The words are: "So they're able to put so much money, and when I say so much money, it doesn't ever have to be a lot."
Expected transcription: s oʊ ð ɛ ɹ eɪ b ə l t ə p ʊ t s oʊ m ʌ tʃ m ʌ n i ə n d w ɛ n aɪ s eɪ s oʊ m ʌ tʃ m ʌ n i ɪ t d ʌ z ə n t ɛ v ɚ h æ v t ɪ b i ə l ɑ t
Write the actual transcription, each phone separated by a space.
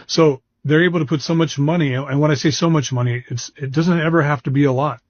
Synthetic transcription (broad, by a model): s oʊ ð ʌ ɹ eɪ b l t ə p ʊ t s oʊ m ʌ tʃ m ʌ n i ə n w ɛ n aɪ s eɪ s oʊ m ʌ tʃ m ʌ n i ɪ t d ʌ z ə n t ɛ v ɚ h æ f t ɪ b i ə l ɑ t